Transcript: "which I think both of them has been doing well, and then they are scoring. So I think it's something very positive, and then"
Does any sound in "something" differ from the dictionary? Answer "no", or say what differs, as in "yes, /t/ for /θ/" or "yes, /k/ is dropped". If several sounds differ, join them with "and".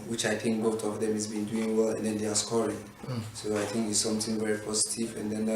yes, /t/ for /θ/